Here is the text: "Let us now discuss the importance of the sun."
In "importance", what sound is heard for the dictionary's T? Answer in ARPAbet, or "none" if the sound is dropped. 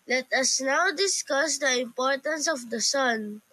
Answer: T